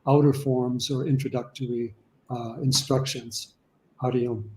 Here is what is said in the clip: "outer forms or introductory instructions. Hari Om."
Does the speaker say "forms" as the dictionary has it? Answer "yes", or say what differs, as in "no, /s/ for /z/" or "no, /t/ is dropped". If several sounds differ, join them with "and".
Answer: yes